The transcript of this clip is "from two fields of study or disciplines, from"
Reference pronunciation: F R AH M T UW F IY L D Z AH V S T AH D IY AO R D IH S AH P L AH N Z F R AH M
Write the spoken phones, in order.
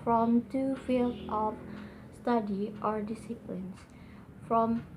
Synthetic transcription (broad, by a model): F R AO M T UW F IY L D AH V S T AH D IY AO R D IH S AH P L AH N S F R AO M